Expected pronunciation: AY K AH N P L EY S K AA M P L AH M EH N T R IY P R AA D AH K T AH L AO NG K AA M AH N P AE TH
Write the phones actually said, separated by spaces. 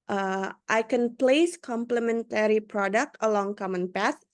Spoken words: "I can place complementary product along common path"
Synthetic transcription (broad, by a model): AY K AH N P L EY S K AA M P L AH M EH N T R IY P R AA D AH K T AH L AO NG K AA M AH N P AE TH